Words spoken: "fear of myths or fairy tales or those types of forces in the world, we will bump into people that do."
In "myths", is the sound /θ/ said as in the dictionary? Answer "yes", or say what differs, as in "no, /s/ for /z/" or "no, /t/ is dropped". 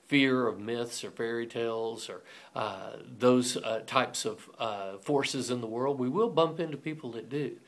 yes